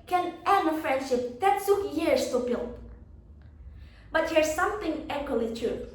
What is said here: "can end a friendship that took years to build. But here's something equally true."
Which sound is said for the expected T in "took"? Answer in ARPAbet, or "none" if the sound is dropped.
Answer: S